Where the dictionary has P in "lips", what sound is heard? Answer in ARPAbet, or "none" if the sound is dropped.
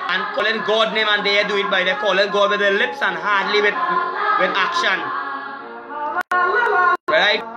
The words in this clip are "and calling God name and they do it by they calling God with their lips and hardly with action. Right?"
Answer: P